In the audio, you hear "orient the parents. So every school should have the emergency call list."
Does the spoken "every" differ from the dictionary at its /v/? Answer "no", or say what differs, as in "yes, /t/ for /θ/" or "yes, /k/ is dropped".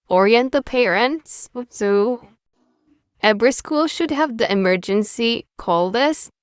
yes, /b/ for /v/